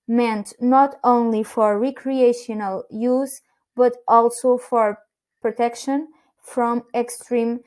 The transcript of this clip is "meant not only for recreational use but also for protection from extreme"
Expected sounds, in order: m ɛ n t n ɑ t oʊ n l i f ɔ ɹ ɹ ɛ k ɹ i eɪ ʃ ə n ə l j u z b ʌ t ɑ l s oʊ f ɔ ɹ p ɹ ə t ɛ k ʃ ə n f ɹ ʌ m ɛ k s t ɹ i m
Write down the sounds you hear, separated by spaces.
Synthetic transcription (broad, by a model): m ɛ n t n ɑ t oʊ n l i f ɔ ɹ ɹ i k ɹ i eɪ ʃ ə n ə l j u z b ʌ t ɑ l s oʊ f ɔ ɹ p ɹ ə t ɛ k ʃ ə n f ɹ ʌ m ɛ k s t ɹ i m